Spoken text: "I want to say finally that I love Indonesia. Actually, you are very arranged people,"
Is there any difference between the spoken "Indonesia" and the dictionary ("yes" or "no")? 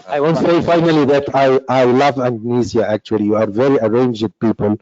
yes